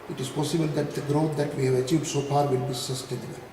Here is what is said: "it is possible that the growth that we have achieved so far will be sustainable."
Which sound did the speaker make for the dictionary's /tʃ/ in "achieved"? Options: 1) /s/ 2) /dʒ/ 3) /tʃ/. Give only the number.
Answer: 3